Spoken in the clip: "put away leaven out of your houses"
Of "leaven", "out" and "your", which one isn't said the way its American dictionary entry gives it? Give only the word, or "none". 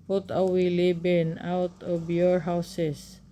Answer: leaven